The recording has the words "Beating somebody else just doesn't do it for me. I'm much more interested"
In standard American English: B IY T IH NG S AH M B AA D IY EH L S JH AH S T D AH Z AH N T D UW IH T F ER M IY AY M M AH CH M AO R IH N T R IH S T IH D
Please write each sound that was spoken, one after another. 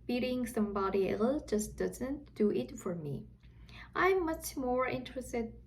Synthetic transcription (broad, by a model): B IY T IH NG S AH M B AA D IY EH L JH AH S D AH Z AH N T D UW IH T F ER M IY AY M M AH CH M AO R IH N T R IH S T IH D